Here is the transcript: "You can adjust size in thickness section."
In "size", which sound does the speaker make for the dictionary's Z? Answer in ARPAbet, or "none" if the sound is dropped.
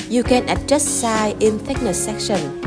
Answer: none